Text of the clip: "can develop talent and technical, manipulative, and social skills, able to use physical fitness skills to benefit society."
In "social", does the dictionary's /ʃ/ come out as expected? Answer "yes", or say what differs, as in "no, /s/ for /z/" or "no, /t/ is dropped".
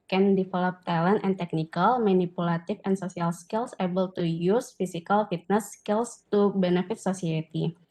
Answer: no, /s/ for /ʃ/